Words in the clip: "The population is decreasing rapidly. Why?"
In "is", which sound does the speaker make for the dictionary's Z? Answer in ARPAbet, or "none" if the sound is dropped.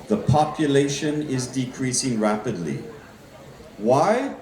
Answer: Z